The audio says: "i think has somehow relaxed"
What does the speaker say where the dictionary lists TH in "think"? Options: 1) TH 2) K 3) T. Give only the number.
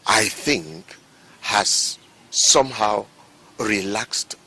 1